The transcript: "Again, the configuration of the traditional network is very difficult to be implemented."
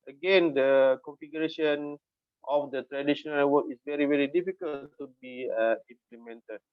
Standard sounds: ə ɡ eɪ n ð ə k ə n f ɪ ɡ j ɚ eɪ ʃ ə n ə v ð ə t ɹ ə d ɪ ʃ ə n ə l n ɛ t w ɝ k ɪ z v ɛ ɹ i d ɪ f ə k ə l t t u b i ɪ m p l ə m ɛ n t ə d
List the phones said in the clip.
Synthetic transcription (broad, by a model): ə ɡ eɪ n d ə k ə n f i ɡ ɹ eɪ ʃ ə n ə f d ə t ɹ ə d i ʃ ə n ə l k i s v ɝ ɪ v ɛ ɹ i d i f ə k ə l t t u b i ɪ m p l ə m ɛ n t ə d